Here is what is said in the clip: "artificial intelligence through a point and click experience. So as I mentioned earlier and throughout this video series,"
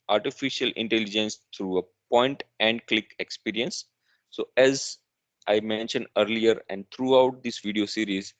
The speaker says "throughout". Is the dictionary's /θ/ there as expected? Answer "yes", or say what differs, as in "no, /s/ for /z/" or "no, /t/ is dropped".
no, /t/ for /θ/